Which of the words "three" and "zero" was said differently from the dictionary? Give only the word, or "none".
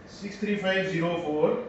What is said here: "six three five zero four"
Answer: three